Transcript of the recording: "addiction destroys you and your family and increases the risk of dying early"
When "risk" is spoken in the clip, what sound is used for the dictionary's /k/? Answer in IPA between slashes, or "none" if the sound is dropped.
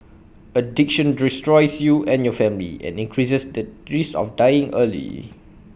none